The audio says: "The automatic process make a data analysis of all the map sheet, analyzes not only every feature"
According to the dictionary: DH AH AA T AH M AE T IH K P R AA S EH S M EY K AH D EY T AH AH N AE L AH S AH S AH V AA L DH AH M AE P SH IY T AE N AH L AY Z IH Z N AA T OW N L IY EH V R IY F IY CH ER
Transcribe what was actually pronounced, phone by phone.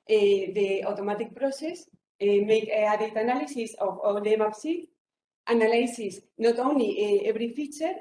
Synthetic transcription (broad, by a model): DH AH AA T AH M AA T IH K P R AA S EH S M EY K AH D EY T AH N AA L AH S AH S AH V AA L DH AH M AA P S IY T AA N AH L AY S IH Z N AA T OW N L IY EH V R IY F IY CH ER